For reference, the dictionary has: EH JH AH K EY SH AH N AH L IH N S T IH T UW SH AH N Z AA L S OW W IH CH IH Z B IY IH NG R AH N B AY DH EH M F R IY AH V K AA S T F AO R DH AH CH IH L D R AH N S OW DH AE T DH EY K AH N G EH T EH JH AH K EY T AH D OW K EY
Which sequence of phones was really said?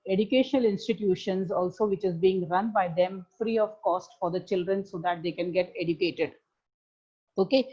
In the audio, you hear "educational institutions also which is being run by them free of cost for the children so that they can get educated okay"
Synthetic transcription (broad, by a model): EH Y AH K EY SH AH N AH L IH N S T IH T UW SH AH N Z AA L S OW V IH CH IH Z B IY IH NG R AH N B AY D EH M F R IY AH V K AA S T F AO R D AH CH IH L D R AH N S OW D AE T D EY K AH N G EH T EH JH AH K EY T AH D OW K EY